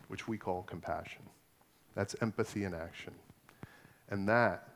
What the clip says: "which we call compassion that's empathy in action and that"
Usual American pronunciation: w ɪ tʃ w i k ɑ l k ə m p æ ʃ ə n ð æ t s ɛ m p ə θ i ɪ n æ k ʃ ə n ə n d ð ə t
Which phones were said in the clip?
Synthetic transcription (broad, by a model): w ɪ tʃ w i k ɑ l k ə m p æ ʃ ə n ð æ t s ɛ m p ə θ i ɪ n æ k ʃ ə n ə n ð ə t